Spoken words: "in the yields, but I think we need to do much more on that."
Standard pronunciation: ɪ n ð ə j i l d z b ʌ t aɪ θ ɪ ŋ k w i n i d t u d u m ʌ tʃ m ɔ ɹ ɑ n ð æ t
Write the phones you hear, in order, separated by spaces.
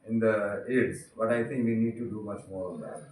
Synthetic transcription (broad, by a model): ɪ n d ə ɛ d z b ʌ t aɪ t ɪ ŋ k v i n i d t u d u m ʌ tʃ m ɔ ɹ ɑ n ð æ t